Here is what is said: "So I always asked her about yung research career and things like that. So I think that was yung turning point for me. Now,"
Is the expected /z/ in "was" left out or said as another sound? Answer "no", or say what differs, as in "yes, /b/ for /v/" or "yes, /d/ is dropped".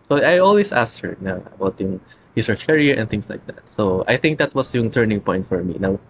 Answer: yes, /s/ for /z/